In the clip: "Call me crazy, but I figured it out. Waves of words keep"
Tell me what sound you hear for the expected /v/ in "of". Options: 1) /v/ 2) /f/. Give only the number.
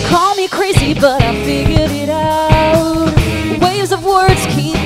1